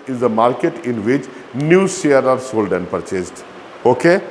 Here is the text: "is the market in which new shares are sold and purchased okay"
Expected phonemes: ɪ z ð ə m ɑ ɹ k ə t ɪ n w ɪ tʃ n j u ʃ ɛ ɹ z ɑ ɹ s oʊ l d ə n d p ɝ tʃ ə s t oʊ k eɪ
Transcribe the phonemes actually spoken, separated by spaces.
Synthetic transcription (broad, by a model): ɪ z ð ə m ɑ ɹ k ə t ɪ n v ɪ tʃ n j u s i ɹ ɑ ɹ s oʊ l d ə n p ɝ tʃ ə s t oʊ k eɪ